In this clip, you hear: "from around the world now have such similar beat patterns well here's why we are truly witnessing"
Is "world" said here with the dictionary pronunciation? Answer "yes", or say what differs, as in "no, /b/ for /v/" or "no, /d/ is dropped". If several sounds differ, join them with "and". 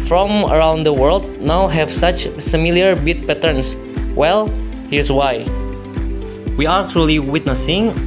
yes